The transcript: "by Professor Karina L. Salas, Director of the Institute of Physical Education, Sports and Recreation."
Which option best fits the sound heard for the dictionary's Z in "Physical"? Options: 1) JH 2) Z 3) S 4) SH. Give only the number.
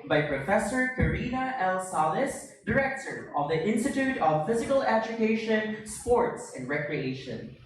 2